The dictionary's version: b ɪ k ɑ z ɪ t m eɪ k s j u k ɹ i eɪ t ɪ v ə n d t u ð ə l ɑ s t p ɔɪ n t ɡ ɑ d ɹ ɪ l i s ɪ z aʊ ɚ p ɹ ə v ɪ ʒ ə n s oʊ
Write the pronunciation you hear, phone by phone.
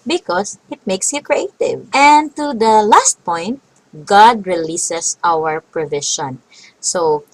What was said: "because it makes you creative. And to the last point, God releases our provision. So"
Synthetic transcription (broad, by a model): b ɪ k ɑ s ɪ t m eɪ k s j u k ɹ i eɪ t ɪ v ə n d t u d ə l ɑ s t p ɔɪ n t ɡ ɑ d ɹ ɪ l i s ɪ s aʊ ɚ p ɹ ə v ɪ ʃ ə n s oʊ